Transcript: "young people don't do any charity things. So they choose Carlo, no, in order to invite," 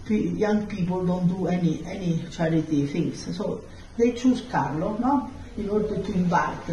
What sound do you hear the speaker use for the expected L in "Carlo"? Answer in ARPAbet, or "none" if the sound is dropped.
L